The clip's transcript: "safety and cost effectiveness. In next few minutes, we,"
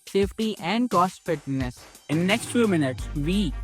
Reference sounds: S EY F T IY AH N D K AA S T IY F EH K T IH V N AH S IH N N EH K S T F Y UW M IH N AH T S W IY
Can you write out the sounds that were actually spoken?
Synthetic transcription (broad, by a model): S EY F T IY AH N D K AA S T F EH T N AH S IH N N EH K S T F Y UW M IH N AH T S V IY